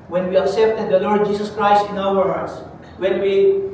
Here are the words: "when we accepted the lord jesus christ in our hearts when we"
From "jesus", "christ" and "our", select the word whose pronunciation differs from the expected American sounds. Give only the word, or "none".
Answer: jesus